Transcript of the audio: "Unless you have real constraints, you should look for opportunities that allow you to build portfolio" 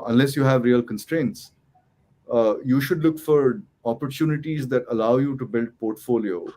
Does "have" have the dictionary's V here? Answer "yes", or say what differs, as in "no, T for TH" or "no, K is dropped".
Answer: yes